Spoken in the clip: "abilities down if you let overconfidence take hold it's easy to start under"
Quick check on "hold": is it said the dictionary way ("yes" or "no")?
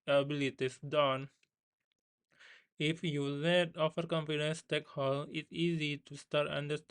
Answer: no